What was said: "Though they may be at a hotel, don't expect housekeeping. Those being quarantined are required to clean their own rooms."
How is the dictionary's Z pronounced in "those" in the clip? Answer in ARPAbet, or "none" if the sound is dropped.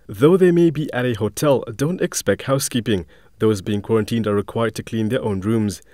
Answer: Z